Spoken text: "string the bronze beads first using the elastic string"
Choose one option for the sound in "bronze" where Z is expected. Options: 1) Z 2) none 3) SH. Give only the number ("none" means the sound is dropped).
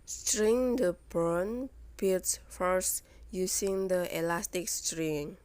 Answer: 2